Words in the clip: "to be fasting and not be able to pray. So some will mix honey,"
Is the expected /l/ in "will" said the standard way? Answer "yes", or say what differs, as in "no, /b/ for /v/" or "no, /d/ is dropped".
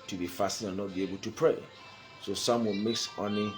no, /n/ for /l/